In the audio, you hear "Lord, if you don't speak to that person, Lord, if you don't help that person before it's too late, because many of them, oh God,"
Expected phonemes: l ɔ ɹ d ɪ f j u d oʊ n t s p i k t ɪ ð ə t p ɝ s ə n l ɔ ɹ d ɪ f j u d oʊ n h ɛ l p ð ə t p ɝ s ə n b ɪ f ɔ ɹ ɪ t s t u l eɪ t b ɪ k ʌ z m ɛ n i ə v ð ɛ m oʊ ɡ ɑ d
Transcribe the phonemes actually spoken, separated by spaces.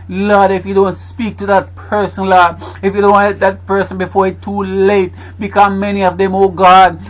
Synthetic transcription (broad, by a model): l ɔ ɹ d ɪ f j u d oʊ n t s p i k t ɪ ð ə t p ɝ s ə n l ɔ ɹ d ɪ f j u d oʊ n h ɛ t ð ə t p ɝ s ə n b ɪ f ɔ ɹ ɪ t t u l eɪ t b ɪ k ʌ m ɛ n i ə v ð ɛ m oʊ ɡ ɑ d